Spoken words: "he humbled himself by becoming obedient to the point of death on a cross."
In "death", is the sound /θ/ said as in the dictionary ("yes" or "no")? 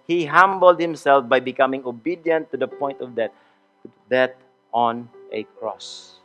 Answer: no